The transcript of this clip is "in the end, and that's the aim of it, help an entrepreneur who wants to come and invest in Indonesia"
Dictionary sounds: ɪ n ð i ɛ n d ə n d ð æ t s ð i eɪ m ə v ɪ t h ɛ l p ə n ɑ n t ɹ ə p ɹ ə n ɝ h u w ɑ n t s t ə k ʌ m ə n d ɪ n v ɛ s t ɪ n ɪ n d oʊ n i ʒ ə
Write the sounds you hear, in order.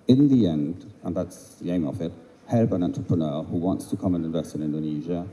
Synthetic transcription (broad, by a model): ɪ n ð i ɛ n d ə n ð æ t s ð i eɪ m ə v ɪ t h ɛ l b ə n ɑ n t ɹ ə p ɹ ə n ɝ h u w ɑ n t s t ə k ʌ m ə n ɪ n v ɛ s t ɪ n ɪ n d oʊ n i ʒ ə